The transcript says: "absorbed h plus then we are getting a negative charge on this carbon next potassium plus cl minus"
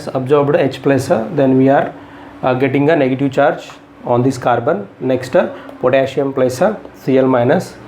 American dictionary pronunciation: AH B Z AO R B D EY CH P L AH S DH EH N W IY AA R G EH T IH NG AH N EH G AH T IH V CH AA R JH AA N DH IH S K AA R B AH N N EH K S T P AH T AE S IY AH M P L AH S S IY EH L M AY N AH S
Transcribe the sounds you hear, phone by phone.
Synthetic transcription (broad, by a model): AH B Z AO R B D EY CH P L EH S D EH N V IY AA R G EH T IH NG AH N EH G AH T IH V CH AA R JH AA N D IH S K AA R B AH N N EH K S T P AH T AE SH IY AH M P L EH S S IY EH L M AY N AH S